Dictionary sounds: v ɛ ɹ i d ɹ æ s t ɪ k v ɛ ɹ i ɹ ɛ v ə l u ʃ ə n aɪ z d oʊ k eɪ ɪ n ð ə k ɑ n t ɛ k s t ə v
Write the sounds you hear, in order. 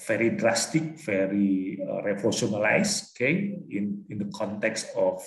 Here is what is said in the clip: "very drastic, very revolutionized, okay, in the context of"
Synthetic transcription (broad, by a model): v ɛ ɹ i d ɹ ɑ s t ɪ k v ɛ ɹ i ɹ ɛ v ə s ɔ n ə l aɪ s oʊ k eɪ ɪ n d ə k ɑ n t ɛ k s t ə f